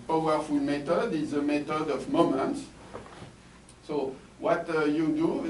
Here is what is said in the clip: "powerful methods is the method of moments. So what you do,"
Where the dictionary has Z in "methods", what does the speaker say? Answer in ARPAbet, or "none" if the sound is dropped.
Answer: none